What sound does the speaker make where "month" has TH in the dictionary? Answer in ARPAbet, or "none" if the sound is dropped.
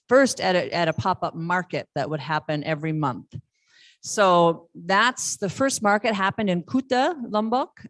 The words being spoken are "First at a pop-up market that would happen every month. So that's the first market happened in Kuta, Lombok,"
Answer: TH